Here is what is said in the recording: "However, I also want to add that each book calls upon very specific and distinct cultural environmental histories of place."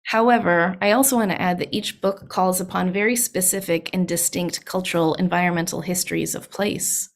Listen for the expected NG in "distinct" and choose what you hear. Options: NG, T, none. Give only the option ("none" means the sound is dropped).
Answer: NG